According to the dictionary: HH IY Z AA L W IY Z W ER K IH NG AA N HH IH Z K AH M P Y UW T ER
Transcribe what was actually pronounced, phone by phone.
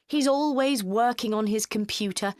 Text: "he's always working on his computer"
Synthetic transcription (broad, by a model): HH IY Z AA L W IY Z W ER K IH NG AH N IH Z K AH M P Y UW T ER